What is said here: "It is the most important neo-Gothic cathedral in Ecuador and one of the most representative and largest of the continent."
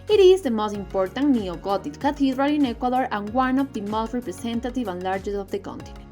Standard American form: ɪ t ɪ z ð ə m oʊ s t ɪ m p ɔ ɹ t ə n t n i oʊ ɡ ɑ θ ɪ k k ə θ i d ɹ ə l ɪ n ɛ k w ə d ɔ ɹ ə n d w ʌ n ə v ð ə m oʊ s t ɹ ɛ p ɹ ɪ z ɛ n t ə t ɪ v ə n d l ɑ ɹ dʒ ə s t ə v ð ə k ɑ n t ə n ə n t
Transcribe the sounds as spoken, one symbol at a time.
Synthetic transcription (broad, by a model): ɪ t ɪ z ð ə m oʊ s t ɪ m p ɔ ɹ t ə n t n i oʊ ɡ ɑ t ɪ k k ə t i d ɹ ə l ɪ n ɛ k w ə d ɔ ɹ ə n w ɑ n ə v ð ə m oʊ s t ɹ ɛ p ɹ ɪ s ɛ n t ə t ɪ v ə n l ɑ ɹ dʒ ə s ə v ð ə k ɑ n t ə n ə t